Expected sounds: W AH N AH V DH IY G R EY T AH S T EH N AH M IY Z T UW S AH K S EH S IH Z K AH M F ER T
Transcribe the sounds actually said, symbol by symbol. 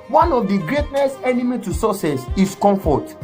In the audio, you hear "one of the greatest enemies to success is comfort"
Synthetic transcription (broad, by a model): W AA N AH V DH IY G R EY T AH S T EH N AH M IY T UW S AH S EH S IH S K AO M F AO T